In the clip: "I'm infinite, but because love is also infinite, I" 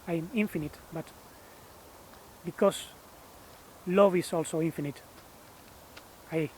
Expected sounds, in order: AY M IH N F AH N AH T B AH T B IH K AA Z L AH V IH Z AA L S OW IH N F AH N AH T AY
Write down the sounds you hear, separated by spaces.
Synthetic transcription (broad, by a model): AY M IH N F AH N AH T B AH T B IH K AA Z L AH V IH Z AA L S OW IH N F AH N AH T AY